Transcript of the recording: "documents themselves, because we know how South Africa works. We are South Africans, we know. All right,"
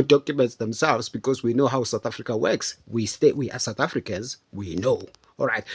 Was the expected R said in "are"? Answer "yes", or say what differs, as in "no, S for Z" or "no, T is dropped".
no, W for R